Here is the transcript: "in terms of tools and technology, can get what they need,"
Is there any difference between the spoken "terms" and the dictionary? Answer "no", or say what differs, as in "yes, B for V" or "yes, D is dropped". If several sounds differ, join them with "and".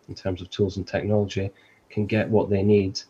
no